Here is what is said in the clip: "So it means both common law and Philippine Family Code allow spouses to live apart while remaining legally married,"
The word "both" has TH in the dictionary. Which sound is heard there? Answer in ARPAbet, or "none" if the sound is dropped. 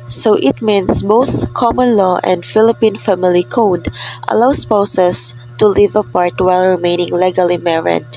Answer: TH